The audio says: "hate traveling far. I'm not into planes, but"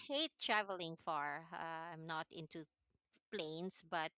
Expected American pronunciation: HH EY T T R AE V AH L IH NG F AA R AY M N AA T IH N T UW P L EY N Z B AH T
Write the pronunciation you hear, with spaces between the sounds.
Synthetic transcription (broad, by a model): HH EY T T R AE V AH L IH NG F AA R AY M N AA T IH N T UW P L EY N S B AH T